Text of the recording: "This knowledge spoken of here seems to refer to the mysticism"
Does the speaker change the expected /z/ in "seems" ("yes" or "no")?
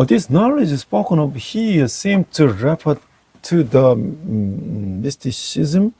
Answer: yes